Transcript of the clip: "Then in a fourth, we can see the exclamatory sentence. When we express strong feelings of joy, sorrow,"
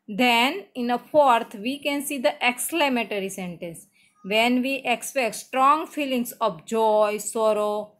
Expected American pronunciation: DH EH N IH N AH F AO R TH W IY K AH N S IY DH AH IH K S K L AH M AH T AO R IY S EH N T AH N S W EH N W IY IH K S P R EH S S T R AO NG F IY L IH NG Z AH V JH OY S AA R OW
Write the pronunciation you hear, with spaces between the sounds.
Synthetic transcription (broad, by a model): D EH N IH N AH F AO R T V IY K AH N S IY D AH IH K S L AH M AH T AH R IY S EH N T AH N S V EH N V IY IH K S P EH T S T R AO NG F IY L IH NG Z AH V JH OY S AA R OW